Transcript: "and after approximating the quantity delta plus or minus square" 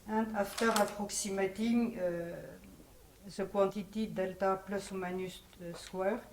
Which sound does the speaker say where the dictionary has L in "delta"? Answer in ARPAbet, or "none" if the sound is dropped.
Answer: L